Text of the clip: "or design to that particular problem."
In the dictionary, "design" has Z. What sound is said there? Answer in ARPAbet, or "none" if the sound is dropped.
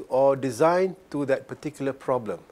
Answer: Z